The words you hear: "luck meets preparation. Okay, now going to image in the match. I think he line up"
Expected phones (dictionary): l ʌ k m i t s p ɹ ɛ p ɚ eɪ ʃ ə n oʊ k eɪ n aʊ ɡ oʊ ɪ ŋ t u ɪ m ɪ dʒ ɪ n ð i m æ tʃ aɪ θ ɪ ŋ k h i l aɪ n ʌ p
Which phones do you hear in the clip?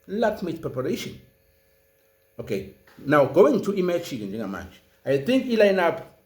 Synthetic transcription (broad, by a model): l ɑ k m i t p ɹ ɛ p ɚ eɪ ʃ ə n oʊ k eɪ n aʊ ɡ oʊ ɪ ŋ t u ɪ m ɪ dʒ ɪ n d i m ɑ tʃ aɪ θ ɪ ŋ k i l aɪ n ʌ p